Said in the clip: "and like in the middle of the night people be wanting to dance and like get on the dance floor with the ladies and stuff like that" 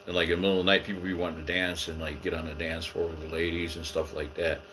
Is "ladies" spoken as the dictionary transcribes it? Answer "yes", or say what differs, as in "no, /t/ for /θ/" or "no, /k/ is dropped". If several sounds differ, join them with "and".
yes